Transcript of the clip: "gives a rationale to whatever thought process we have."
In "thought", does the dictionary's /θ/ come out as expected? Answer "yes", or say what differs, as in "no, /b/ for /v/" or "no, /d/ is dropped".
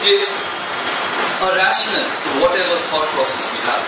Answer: no, /t/ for /θ/